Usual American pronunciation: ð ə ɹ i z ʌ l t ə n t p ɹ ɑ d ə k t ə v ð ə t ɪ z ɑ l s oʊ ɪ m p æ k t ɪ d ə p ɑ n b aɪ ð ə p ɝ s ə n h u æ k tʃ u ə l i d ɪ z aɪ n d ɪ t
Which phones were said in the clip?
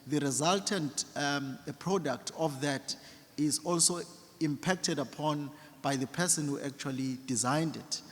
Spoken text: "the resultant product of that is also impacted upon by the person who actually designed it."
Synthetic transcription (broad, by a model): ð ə ɹ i z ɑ l t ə n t p ɹ ɑ d ə k t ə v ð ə t ɪ z ɑ l s oʊ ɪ m p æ k t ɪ d ə p ɑ n b aɪ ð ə p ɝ s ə n h u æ k tʃ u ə l i d ɪ z aɪ n d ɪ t